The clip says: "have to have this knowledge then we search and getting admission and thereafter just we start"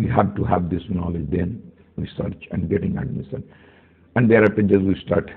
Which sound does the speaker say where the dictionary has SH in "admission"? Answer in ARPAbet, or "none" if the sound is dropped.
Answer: S